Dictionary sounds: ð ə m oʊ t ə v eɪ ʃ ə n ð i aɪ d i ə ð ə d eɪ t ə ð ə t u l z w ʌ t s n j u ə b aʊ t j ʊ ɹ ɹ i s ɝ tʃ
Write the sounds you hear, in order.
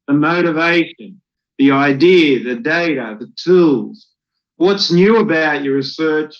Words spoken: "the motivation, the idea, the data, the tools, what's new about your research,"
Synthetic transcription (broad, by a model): ð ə m oʊ t ə v eɪ ʃ ə n ð i aɪ d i ð ə d eɪ t ə ð ə t u l z w ʌ t s n j u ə b aʊ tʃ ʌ ɹ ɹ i s ɝ tʃ